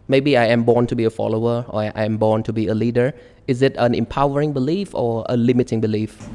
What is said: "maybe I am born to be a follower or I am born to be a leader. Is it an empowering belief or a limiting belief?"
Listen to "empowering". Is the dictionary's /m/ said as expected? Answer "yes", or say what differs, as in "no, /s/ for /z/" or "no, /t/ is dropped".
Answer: yes